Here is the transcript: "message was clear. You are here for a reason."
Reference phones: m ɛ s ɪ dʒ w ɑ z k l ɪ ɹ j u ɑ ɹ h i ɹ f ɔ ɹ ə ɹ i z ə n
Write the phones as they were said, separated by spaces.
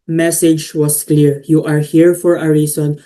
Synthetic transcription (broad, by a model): m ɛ s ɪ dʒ w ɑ s k l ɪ ɹ j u ɑ ɹ h i ɹ f ɔ ɹ ə ɹ i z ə n